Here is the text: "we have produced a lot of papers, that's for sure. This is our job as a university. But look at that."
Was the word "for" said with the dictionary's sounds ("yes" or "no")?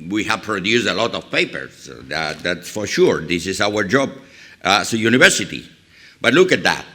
yes